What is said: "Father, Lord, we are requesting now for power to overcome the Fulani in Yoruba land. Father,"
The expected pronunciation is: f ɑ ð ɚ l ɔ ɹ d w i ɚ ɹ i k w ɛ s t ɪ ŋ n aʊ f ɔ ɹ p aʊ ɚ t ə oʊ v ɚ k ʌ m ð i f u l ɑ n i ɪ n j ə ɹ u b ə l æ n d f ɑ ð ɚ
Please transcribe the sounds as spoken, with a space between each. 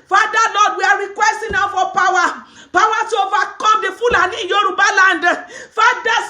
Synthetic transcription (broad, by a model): f ɑ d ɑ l ɔ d w i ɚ ɹ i k w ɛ s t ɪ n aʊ f ɔ w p aʊ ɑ t ə oʊ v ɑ k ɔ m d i f u l ɑ n i j ə ɹ u b ə l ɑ n d f ɑ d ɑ